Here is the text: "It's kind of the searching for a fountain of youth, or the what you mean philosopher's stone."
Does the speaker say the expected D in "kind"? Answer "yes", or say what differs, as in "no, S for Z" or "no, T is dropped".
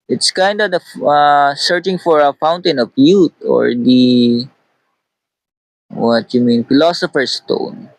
yes